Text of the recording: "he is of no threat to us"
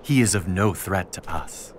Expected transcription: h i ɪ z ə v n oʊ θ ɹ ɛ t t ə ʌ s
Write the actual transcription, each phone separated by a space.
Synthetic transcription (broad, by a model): h i ɪ z ə v n oʊ θ ɹ ɛ t t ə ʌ s